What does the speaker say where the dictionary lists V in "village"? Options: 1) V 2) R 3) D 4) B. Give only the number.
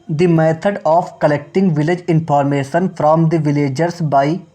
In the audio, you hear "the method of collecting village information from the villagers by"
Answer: 1